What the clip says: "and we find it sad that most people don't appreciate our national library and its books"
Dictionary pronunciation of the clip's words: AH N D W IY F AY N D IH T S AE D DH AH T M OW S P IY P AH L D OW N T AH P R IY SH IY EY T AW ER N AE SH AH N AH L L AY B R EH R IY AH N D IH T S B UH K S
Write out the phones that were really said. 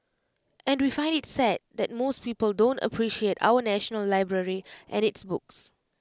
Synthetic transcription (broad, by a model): AH N D W IY F AY N D IH T S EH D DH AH T M OW S P IY P AH L D OW N T AH P R IY SH IY EY T AW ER N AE SH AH N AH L L AY B R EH R IY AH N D IH T S B UH K S